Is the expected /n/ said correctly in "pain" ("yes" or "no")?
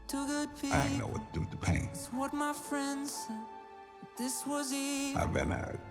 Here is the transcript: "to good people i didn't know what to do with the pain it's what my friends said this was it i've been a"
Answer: no